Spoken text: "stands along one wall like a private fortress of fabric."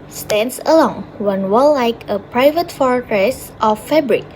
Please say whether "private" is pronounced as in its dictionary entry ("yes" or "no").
yes